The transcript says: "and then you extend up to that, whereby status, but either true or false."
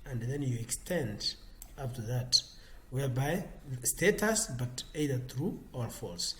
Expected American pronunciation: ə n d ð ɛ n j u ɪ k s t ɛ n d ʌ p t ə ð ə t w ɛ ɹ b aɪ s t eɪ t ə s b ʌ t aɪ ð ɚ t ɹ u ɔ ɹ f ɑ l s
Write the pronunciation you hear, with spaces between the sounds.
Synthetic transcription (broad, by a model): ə n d ð ɛ n j u ɪ k s t ɛ n d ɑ f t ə ð ə t w ɛ ɹ b aɪ s t eɪ t ə s b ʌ t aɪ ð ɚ t ɹ u ɔ ɹ f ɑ l s